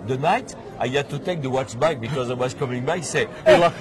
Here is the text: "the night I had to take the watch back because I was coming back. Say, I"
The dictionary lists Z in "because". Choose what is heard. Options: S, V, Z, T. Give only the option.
Z